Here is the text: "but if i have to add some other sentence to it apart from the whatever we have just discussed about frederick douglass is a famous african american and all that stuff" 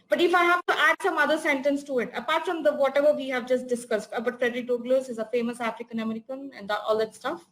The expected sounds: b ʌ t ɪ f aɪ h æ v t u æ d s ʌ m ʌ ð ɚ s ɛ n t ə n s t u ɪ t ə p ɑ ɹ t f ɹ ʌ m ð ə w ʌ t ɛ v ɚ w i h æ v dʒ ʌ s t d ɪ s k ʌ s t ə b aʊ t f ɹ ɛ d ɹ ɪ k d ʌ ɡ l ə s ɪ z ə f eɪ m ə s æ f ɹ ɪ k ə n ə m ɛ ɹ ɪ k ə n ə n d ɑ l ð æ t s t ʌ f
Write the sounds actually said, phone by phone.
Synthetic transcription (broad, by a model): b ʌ t ɪ f aɪ h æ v t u æ d s ʌ m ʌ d ɚ s ɛ n t ə n s t u ɪ t ə p ɑ ɹ t f ɹ ʌ m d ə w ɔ t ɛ v ɚ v i h æ v dʒ ʌ s t d ɪ s k ʌ s t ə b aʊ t f ɹ ɛ d ɹ ɪ k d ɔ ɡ l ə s ɪ z ə f eɪ m ə s æ f ɹ ɪ k ə n ə m ɛ ɹ ɪ k ə n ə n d ɑ l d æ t s t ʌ f